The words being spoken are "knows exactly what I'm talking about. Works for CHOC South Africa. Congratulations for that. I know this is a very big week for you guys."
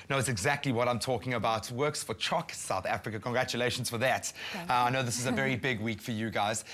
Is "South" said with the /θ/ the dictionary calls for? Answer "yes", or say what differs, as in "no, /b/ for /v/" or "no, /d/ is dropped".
yes